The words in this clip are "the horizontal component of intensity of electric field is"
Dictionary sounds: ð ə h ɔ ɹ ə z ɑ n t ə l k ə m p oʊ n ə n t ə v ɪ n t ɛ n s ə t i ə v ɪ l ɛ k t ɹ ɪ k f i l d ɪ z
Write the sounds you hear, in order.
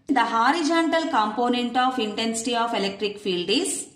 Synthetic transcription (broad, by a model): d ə h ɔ ɹ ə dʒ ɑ n t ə l k ə m p oʊ n ə n t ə f ɪ n t ɛ n s ə t i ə f ɪ l ɛ k t ɹ ɪ k f i l d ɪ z